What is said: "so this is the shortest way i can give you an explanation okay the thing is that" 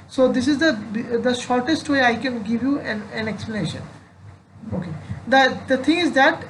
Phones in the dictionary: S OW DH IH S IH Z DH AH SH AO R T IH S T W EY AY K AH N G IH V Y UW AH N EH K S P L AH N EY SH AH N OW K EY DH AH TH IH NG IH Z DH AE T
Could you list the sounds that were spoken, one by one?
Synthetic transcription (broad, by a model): S OW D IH S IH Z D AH SH AO R T IH S T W EY AY K AH N G IH V Y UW AH N EH K S P L AH N EY SH AH N OW K EY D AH T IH NG IH Z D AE T